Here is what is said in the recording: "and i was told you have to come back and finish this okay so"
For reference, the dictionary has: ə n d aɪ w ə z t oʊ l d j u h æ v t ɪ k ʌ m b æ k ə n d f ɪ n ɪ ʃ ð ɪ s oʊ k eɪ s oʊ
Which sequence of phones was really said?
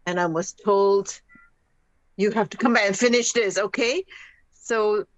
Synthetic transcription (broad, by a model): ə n aɪ w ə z t oʊ l d j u h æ f t ɪ k ʌ m b æ k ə n f ɪ n ɪ ʃ ð ɪ s oʊ k eɪ s oʊ